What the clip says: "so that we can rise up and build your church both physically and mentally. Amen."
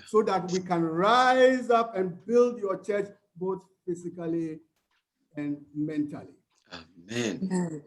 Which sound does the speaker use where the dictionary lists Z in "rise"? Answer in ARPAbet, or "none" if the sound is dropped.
Z